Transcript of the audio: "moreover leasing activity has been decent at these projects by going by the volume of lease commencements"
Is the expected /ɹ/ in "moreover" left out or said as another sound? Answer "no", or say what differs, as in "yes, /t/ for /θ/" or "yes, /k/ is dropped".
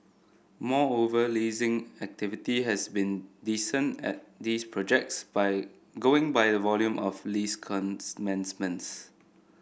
yes, /ɹ/ is dropped